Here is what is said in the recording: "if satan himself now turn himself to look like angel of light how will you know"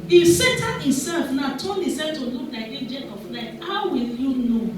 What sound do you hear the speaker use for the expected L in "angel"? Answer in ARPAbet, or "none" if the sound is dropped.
N